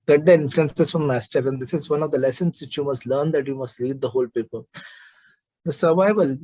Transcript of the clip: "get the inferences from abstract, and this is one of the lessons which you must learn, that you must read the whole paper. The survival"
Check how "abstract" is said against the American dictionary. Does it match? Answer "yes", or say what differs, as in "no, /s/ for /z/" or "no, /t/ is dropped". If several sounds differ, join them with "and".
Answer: no, /b/ is dropped and /ɹ/ is dropped and /k/ is dropped